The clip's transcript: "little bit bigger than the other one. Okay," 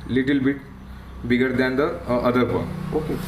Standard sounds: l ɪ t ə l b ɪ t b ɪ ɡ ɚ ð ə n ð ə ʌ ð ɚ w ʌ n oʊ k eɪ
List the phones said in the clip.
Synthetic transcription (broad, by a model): l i t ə l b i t b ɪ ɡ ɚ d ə n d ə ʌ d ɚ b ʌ oʊ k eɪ